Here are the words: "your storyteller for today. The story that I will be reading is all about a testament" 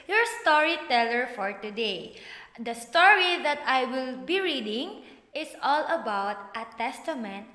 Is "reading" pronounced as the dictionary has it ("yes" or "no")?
yes